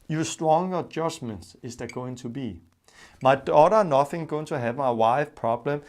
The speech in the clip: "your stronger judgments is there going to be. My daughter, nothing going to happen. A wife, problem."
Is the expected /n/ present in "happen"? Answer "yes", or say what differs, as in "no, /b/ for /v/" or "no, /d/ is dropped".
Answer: no, /n/ is dropped